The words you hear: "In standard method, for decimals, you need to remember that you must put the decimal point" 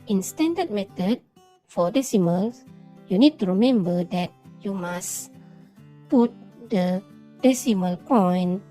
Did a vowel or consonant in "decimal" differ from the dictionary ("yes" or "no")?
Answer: no